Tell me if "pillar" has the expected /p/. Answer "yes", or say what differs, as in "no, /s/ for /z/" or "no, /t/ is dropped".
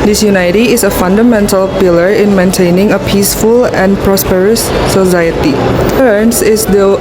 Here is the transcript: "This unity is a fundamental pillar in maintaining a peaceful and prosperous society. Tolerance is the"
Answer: yes